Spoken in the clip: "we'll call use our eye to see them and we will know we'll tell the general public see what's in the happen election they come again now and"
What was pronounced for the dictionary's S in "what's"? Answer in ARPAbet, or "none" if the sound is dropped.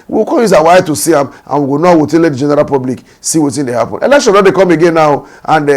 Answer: none